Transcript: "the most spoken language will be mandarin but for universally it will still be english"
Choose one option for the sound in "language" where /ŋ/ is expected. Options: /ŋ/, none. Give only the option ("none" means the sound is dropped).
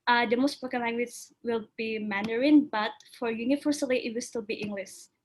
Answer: none